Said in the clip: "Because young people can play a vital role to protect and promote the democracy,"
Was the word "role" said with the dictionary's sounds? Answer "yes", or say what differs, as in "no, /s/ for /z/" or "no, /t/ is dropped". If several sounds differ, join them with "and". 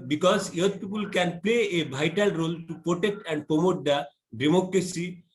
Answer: yes